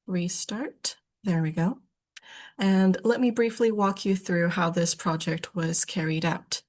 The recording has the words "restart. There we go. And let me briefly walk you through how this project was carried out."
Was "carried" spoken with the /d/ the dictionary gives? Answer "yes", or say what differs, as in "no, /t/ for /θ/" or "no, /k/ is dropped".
yes